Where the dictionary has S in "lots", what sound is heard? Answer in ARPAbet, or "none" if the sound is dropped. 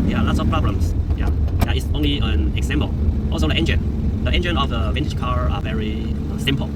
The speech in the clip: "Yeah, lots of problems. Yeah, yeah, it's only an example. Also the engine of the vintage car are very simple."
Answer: S